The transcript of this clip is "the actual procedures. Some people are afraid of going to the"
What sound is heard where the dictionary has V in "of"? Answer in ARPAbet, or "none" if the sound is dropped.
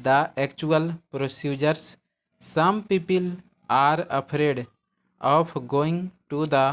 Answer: P